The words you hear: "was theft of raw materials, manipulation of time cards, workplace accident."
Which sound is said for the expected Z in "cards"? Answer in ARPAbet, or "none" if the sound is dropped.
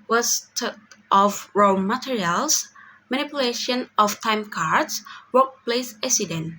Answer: S